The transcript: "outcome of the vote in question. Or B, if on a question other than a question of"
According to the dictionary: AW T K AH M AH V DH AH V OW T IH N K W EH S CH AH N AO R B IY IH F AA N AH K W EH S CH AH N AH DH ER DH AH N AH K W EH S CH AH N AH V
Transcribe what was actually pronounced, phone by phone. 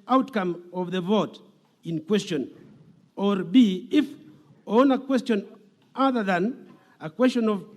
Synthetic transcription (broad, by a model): AW T K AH M AH V DH AH V OW T IH N K W EH S CH AH N AO R B IY IH F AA N AH K W EH S CH AH N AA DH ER DH AH N AH K W EH S CH AH N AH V